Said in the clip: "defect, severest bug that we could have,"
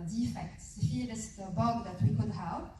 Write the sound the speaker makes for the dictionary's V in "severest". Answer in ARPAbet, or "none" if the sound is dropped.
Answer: F